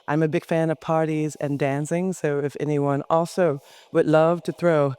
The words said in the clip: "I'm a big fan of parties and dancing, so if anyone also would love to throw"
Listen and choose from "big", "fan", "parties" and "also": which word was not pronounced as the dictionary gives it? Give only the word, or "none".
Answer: none